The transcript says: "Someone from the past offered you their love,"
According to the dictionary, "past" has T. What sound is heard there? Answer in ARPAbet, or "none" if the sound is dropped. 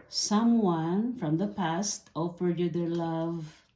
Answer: T